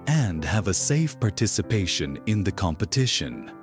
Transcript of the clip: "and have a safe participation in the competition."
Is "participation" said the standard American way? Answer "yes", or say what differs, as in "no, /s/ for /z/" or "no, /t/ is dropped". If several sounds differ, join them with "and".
yes